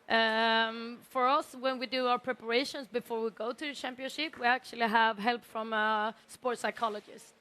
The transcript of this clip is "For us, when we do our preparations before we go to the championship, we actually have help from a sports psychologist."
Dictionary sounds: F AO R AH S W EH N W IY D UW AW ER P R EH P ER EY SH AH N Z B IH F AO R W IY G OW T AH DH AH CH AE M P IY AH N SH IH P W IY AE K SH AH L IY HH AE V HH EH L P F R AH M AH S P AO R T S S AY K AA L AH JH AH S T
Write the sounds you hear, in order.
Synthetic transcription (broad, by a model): F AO R AH S W EH N W IY D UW AW ER P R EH P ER EY SH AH N S B IH F AO R W IY G OW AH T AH CH AE M P IY AH N SH IH P W IY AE K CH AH L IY HH AE V HH EH L P F R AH M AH S P AO R T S S AY K AA L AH JH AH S